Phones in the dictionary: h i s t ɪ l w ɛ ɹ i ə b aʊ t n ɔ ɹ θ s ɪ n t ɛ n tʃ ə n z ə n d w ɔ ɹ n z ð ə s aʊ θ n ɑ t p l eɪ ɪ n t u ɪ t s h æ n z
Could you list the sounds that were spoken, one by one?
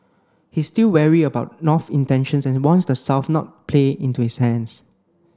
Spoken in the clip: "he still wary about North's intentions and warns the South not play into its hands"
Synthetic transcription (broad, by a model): h i s t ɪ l w ɛ ɹ i ə b aʊ t n ɔ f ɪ n t ɛ n ʃ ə n s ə n w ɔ n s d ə s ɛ f n ɑ t p l eɪ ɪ n t u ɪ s h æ n s